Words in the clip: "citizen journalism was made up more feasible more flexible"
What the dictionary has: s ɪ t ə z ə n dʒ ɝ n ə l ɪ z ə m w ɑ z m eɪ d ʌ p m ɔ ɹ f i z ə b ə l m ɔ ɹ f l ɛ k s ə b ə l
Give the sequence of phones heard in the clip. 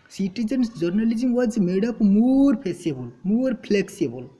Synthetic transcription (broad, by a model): s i t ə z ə n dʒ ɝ n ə l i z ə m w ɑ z m eɪ d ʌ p m ɔ ɹ p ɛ s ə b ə l m ɔ ɹ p l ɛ k s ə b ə l